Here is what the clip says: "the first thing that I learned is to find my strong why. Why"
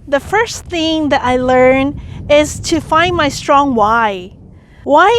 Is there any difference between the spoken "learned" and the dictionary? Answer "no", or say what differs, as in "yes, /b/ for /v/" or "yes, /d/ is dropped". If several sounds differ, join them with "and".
yes, /d/ is dropped